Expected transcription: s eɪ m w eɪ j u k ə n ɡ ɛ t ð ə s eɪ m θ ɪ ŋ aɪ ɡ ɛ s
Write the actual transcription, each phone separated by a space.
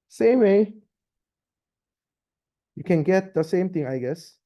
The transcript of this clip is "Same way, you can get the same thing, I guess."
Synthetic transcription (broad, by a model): s eɪ m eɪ j u k ə n ɡ ɛ t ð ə s eɪ m t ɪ ŋ aɪ ɡ ɛ s